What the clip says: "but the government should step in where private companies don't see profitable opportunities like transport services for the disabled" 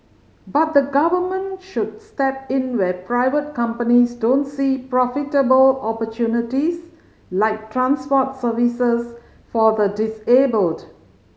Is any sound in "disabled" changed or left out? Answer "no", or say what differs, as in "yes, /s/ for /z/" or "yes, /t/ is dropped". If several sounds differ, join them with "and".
no